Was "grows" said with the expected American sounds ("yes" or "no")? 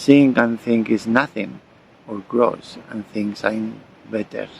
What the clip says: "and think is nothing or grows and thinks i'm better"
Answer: no